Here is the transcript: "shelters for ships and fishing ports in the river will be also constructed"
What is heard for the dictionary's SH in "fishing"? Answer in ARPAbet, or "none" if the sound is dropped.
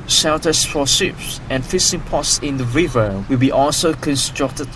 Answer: S